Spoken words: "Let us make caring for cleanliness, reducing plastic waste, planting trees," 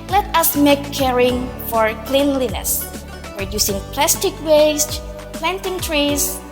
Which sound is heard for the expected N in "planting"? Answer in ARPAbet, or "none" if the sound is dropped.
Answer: N